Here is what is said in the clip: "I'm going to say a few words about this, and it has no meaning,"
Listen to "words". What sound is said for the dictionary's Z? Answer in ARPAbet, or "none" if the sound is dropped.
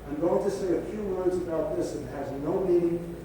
Z